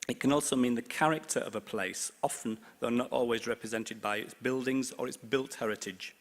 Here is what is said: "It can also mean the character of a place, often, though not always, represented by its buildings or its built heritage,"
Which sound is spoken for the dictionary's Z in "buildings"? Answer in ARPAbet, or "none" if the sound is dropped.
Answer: Z